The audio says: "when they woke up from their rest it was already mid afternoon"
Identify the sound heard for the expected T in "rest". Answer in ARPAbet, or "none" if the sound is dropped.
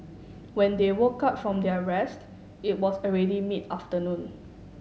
T